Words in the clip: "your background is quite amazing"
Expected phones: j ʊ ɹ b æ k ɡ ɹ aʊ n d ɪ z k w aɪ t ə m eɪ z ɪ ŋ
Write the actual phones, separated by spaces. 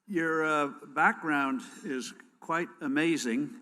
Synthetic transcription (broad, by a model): j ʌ ɹ b æ k ɡ ɹ aʊ n d ɪ z k w aɪ t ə m eɪ z ɪ ŋ